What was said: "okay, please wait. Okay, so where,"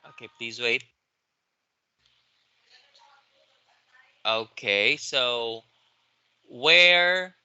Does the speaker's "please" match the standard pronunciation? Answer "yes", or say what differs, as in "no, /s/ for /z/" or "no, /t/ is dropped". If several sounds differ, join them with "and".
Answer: yes